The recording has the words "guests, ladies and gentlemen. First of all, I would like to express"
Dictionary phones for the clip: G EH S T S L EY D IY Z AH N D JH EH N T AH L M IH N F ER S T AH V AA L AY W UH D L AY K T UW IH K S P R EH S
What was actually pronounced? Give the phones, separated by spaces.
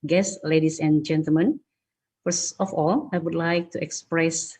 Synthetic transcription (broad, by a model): G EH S S L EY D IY S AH N JH EH N T AH L M IH N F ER S AH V AA L AY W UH D L AY K T UW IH K S P R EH S